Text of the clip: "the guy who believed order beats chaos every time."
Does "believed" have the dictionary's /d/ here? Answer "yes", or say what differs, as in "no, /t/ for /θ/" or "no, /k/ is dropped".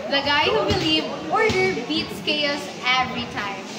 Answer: no, /d/ is dropped